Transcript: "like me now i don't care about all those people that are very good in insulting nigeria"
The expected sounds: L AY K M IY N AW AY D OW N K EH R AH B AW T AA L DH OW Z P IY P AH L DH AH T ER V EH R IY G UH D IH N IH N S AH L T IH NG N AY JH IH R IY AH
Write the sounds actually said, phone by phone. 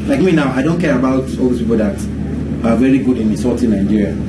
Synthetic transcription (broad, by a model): L AY K M IY N AW AY D OW N K EH R AH B AW T AA L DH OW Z P IY P AH L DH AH T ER V EH R IY G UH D IH N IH S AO T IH N AY JH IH R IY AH